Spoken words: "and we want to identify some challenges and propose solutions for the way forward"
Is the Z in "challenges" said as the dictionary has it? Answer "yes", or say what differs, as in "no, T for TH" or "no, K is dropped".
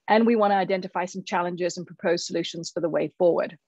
yes